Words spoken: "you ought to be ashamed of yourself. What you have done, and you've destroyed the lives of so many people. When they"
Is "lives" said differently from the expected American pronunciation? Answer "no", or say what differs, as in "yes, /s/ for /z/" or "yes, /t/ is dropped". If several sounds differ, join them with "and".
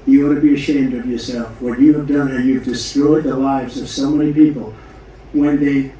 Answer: no